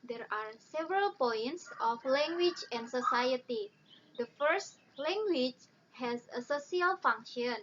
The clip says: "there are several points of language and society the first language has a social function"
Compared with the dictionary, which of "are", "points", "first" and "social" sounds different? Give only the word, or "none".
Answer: social